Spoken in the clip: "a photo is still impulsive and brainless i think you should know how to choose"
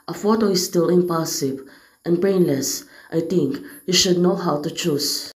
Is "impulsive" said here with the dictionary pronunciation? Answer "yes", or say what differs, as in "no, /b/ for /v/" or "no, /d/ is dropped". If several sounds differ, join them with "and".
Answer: no, /l/ is dropped